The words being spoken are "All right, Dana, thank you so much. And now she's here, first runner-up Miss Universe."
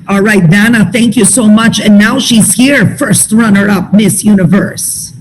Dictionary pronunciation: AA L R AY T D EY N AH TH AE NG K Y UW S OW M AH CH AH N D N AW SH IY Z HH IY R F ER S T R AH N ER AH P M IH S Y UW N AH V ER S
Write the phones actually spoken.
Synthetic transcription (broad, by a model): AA L R AY T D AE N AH TH AE NG K Y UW S OW M AH CH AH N N AW SH IY Z HH IY R F ER S T R AH N ER AH P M IH S Y UW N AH V ER S